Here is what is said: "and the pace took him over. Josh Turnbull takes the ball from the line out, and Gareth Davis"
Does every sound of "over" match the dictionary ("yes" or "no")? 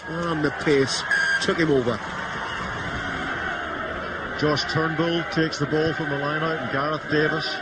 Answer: yes